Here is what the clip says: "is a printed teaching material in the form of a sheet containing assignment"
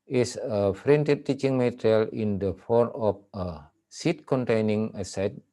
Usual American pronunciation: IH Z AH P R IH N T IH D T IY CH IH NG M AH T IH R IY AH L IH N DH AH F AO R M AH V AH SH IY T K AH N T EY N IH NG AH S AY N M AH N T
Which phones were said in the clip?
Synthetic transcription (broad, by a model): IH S AH F R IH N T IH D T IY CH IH NG M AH T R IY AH L IH N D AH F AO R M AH F AH S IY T K AH N T EY N IH NG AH S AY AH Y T